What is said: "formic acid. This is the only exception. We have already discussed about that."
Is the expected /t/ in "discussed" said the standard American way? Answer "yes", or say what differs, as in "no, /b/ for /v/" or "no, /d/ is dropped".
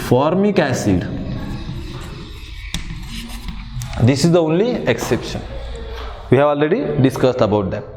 yes